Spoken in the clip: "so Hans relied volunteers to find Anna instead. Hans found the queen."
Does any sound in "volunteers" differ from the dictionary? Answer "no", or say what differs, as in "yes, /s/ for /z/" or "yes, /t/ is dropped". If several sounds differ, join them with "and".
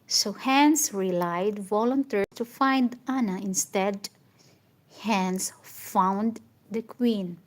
yes, /z/ is dropped